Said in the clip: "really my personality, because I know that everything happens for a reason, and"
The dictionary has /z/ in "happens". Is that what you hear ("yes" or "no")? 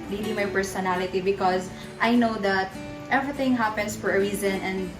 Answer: no